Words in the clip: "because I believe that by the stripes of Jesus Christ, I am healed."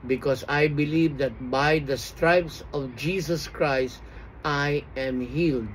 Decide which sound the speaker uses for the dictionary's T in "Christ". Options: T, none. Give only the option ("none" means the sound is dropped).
T